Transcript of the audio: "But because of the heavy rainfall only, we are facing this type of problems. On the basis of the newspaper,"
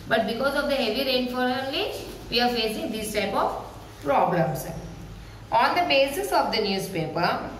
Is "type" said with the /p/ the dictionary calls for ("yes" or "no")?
yes